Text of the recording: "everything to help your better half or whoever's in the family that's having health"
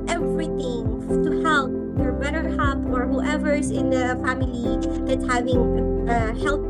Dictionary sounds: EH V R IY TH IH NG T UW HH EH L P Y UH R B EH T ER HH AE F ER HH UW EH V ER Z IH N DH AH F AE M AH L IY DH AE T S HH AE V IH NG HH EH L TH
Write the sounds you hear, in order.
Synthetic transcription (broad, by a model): EH V R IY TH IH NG T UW HH EH L P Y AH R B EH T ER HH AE P ER HH UW EH V ER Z IH N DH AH F AE M AH L IY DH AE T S HH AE V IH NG HH EH L